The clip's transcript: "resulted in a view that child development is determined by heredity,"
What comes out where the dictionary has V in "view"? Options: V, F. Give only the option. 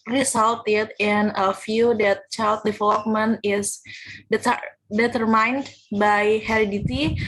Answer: F